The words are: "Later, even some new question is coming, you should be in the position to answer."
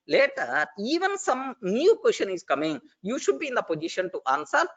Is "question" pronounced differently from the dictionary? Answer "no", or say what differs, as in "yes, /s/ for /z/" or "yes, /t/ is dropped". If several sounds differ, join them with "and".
no